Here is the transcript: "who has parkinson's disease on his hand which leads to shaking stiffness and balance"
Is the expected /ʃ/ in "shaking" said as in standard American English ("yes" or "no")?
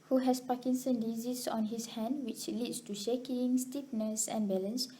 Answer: yes